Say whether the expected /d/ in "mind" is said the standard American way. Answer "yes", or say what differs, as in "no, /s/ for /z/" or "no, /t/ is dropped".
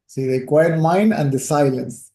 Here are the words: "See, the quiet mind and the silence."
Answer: yes